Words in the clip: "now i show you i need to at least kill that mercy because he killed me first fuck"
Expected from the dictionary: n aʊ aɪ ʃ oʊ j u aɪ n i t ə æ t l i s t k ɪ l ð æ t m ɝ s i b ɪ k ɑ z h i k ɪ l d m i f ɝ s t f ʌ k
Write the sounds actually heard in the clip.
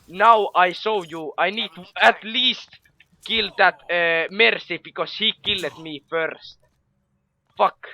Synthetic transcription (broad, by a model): n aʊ aɪ s oʊ j u aɪ n i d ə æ t l i s t k ɪ l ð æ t m ɝ s i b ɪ k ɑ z h i k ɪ l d m i f ɝ s t f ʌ k